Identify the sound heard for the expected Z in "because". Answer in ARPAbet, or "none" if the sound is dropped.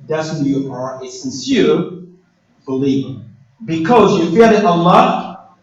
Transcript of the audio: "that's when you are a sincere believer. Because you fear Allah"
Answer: Z